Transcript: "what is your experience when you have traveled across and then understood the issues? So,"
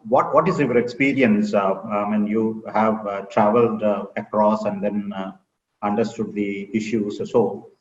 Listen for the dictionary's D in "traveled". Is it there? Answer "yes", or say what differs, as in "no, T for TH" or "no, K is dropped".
yes